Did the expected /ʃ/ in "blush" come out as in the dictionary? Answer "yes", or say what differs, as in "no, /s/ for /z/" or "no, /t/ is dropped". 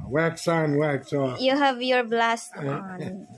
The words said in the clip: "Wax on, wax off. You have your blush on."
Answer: no, /s/ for /ʃ/